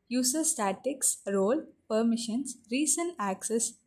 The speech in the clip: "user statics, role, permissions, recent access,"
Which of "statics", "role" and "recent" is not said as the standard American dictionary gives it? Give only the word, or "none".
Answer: recent